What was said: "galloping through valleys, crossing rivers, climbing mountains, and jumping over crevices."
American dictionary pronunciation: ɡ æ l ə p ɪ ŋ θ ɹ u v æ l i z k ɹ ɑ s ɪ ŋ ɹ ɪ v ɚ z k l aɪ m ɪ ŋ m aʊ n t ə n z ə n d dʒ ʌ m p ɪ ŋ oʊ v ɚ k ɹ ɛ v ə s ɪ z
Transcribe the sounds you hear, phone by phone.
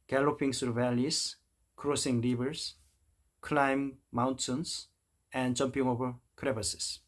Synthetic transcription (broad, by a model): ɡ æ l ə p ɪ ŋ s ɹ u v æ l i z k ɹ ɑ s ɪ ŋ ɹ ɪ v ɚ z k l aɪ m m aʊ n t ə n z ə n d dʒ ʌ m p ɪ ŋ oʊ v ɚ k ɹ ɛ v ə s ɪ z